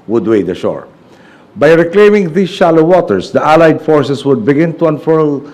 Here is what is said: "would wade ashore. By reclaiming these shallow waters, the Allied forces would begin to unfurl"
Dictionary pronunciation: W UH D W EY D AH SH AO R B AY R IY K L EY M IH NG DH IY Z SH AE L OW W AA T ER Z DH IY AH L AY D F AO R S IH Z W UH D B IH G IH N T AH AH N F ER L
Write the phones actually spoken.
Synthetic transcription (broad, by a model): W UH D W EY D AH SH AO R B AY R IY K L EY M IH NG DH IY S SH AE L OW W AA T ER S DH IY AH L AY D F AO R S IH S W UH D B IH G IH N T AH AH N F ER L